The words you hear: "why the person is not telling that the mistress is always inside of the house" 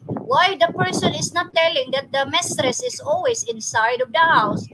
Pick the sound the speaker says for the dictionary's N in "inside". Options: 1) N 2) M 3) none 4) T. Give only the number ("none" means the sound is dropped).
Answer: 1